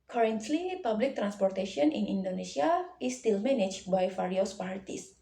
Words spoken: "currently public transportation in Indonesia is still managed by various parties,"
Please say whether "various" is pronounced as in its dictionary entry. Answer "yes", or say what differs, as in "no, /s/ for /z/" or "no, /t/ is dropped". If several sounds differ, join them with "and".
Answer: no, /f/ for /v/